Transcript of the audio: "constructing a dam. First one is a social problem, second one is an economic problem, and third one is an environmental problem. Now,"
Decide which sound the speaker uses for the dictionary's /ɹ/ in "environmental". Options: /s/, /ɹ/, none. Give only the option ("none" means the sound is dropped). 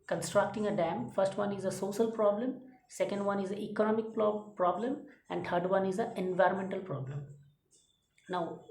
/ɹ/